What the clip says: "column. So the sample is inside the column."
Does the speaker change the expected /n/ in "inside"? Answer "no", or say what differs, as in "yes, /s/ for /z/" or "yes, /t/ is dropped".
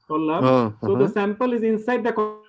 no